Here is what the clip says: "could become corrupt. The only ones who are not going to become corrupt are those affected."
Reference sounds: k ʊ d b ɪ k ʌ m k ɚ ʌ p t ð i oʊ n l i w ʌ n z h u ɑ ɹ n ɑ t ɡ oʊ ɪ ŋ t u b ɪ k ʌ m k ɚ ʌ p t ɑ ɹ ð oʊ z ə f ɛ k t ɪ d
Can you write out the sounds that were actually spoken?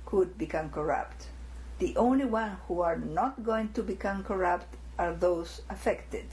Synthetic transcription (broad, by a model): k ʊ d b ɪ k ʌ m k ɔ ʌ p t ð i oʊ n l i w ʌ n h u ɑ ɹ n ɑ t ɡ oʊ ɪ ŋ t u b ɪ k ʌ m k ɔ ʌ p t ɑ ɹ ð oʊ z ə f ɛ k t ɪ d